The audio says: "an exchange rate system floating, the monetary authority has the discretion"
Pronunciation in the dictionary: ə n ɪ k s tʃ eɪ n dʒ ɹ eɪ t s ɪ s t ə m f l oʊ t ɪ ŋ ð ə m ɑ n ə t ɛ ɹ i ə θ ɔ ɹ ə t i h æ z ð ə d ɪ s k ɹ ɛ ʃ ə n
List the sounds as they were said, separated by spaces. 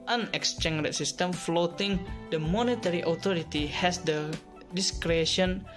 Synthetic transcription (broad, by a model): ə n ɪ k s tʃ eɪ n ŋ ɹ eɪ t s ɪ s t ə m f l oʊ t ɪ ŋ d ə m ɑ n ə t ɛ ɹ i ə t ɔ ɹ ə t i h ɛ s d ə d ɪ s k ɹ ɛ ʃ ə n